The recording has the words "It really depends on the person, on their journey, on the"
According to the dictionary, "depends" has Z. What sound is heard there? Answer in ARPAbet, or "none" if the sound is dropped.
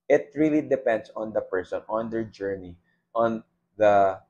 S